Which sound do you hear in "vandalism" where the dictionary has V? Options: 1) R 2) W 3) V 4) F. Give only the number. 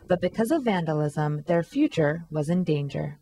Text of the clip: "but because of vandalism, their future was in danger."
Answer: 3